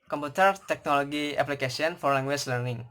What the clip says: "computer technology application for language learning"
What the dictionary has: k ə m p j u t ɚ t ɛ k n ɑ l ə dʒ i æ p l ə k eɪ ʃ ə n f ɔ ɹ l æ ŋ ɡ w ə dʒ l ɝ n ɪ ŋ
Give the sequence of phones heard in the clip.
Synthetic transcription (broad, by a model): k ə m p u t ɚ t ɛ k n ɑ l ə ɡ i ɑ p l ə k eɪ s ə n f ɔ ɹ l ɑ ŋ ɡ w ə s l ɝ n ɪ ŋ